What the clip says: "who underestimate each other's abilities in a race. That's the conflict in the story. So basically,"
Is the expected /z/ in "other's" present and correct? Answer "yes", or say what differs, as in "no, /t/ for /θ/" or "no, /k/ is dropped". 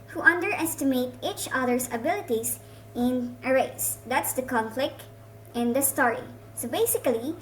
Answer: no, /s/ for /z/